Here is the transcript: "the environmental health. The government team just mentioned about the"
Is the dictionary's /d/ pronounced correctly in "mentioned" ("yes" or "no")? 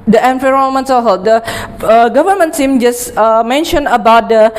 no